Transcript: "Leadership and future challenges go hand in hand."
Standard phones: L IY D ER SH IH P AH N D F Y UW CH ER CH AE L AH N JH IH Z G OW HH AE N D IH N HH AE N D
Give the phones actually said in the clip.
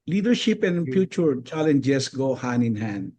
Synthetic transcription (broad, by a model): L IY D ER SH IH P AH N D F Y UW CH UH CH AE L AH N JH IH S G OW HH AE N IH N HH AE N D